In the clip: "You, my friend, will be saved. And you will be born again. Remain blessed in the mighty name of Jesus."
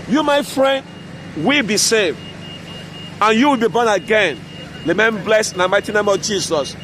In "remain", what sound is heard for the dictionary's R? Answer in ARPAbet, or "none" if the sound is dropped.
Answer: L